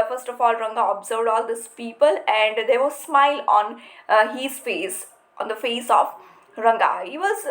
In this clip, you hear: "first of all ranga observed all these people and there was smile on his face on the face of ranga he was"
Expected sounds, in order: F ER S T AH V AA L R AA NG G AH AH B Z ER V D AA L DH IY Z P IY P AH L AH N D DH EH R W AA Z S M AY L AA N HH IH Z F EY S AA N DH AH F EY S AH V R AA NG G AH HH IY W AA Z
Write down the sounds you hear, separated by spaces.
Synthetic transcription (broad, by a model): F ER S T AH F AA L R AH NG G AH AH B Z ER V D AA L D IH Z P IY P AH L AH N D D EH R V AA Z S M AY L AA N HH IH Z F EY S AA N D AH F EY S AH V R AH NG G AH HH IY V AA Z